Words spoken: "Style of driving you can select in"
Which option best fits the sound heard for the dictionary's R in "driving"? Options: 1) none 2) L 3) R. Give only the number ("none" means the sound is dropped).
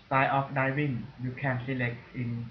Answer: 1